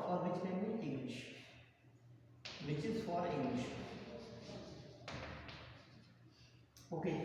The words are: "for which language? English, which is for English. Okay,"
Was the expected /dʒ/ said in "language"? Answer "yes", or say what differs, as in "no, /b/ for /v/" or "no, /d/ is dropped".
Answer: no, /dʒ/ is dropped